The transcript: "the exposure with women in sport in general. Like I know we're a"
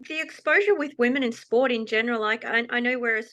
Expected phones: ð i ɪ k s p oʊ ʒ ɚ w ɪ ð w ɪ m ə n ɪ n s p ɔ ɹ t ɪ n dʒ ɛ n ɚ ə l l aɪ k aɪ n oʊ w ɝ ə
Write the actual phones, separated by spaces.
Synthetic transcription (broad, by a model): ð i ɪ k s p oʊ ʒ ɚ w ɪ ð w ɪ m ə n ɪ n s p ɔ ɹ t ɪ n dʒ ɛ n ɚ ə l l aɪ k aɪ n oʊ w ɝ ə